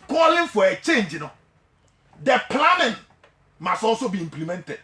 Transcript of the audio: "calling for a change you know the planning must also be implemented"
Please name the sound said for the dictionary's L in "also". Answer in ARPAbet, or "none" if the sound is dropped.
none